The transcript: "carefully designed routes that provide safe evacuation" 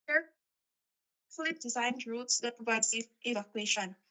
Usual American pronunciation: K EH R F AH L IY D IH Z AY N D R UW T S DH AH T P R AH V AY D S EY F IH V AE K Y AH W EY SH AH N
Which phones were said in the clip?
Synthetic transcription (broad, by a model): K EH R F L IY D IH Z AY N D R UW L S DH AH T P R AH V AY D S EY IH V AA K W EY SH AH N